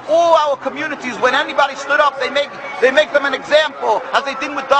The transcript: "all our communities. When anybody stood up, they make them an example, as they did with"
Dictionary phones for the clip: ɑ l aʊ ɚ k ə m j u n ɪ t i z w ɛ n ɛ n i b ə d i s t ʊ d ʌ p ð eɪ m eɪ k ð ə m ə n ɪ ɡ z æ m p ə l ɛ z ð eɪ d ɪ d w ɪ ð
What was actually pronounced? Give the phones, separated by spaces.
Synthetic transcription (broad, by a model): ɑ l aʊ ɚ k ə m j u n ɪ t i z w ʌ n ɛ n i b ə d i s t ʊ d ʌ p ð eɪ m eɪ k ð ə m ə n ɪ ɡ z æ m p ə l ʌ z ð eɪ d ɪ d w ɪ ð